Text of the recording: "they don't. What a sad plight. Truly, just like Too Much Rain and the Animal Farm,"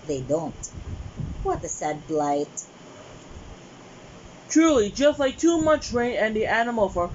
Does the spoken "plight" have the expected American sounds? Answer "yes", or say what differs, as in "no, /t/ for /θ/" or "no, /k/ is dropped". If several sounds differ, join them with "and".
no, /b/ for /p/